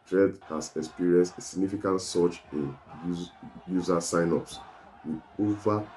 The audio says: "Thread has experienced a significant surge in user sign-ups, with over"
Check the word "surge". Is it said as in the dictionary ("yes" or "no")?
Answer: no